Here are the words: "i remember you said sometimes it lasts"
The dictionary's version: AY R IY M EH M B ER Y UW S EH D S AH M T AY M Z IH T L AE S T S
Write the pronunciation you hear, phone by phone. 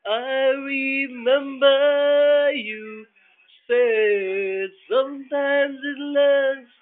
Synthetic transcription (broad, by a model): AY R IY M EH M B ER Y UW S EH S AH M T AY M Z IH T L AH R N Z